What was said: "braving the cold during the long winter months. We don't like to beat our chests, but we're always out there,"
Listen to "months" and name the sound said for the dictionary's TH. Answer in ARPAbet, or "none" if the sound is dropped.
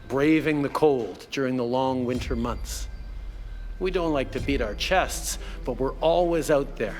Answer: TH